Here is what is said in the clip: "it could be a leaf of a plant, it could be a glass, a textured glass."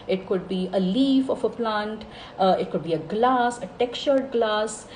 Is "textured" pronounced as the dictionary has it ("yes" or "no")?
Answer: no